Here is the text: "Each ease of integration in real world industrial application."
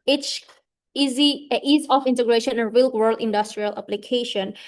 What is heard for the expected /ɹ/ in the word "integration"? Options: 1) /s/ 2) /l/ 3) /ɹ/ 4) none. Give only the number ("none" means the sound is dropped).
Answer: 3